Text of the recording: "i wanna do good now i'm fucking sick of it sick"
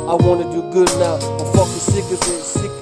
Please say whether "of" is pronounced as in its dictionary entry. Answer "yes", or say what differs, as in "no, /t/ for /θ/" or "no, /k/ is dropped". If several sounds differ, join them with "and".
no, /p/ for /v/